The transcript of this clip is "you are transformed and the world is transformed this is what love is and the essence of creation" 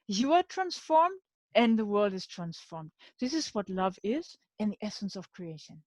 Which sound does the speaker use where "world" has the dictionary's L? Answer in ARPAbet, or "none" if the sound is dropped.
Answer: L